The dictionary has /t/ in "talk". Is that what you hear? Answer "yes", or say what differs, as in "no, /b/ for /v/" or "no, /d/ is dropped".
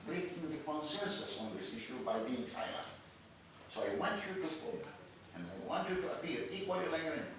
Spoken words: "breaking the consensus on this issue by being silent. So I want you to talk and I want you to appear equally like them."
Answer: no, /s/ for /t/